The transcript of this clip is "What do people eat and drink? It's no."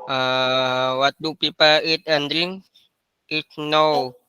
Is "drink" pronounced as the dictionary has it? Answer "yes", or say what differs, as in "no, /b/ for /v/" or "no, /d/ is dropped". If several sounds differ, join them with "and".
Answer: no, /k/ is dropped